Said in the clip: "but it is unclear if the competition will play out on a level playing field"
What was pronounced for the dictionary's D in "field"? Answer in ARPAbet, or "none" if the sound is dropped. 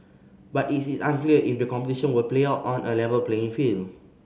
none